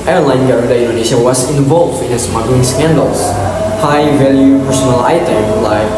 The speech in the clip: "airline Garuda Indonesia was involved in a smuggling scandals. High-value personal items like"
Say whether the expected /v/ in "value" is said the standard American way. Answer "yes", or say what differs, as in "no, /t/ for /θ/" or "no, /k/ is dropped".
yes